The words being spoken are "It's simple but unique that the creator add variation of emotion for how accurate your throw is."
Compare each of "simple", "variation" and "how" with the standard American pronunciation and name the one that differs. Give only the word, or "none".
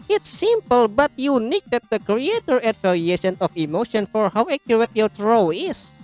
variation